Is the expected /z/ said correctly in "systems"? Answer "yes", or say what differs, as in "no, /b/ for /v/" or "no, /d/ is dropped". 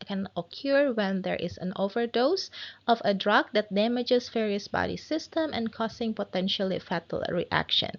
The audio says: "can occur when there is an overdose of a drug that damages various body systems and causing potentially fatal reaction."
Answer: no, /z/ is dropped